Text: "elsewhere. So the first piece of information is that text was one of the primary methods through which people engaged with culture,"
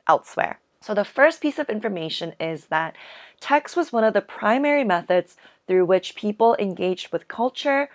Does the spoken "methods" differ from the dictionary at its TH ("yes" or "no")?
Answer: no